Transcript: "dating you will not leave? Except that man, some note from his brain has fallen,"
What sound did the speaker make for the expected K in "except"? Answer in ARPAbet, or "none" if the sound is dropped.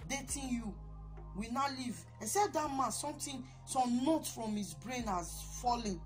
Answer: none